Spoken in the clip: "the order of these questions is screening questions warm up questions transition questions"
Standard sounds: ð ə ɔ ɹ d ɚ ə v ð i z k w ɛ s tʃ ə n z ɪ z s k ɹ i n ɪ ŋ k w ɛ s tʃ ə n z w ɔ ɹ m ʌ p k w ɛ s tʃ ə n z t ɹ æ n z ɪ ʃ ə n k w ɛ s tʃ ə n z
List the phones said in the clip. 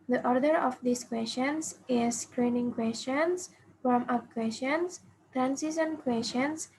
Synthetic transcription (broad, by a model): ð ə ɔ ɹ d ɚ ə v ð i s k w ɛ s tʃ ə n s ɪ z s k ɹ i n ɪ ŋ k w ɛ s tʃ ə n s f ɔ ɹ m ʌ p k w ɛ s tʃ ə n s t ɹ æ n s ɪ s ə n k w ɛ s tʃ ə n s